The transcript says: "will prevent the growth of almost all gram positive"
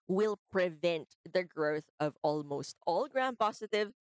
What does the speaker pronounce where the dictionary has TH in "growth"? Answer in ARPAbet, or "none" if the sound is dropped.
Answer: TH